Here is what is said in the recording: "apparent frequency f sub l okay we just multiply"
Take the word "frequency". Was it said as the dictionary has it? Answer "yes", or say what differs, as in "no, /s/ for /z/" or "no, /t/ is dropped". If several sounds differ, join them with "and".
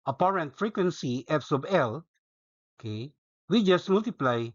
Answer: yes